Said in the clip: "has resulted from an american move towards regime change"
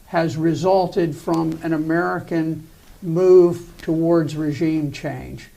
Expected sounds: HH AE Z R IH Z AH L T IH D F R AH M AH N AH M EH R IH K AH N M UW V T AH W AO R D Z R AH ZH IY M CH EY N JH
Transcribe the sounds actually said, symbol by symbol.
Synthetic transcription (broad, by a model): HH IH Z R IH Z AH L T IH D F R AH M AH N AH M EH R IH K AH N M UW V T AH W AO R D Z R AH ZH IY M CH EY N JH